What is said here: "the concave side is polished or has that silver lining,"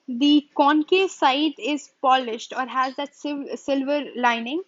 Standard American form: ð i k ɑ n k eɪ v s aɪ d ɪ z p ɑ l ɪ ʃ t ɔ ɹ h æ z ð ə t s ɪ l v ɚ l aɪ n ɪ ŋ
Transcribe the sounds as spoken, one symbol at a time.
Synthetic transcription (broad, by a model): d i k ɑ n k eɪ s aɪ d ɪ z p ɑ l ɪ ʃ t ɔ ɹ h æ z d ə t s ɪ l v ɚ l aɪ n ɪ ŋ